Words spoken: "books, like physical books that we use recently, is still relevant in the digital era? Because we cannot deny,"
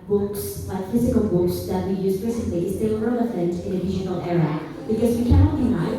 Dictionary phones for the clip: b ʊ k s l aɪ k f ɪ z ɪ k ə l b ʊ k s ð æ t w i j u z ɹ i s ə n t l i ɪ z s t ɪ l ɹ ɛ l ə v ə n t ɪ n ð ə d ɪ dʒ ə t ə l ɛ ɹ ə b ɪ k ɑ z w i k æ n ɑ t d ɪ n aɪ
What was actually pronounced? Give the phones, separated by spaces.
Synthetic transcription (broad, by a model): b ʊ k s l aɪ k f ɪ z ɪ k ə l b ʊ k s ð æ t w i j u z ɹ i s ə n t l i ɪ s t ɪ l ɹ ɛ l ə f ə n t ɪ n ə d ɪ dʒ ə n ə l ɛ ɹ ə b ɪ k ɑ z w i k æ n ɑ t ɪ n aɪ